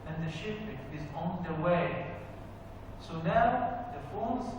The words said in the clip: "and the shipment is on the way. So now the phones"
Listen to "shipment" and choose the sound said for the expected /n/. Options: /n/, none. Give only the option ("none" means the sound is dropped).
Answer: none